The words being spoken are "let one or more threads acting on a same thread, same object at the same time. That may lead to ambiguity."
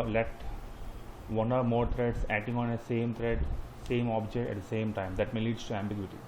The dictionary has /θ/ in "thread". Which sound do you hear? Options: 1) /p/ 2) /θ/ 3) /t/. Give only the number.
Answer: 3